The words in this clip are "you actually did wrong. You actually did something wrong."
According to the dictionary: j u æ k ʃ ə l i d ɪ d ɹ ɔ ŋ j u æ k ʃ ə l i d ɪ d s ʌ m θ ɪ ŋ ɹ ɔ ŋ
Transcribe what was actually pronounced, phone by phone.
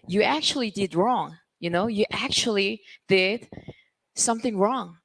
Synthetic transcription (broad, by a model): j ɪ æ k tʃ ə l i d ɪ d ɹ ɔ ŋ j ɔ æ k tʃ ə l i d ɪ d s ʌ m θ ɪ ŋ ɹ ɔ ŋ